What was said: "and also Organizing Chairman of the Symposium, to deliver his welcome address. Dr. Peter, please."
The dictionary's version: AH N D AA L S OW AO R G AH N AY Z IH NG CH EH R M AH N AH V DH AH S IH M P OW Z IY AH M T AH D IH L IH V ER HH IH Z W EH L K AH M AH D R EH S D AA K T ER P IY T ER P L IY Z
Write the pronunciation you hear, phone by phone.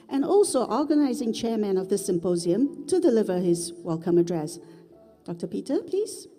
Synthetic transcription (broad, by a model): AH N AA L S OW AO R G AH N AY Z IH NG CH EH R M AH N AH V DH AH S IH M P OW Z IY AH M T AH D IH L IH V ER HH IH Z W EH L K AH M AH D R EH S D AA K T ER P IY T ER P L IY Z